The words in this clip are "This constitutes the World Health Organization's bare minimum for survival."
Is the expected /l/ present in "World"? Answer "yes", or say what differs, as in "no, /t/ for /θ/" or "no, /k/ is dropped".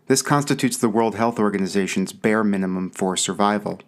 yes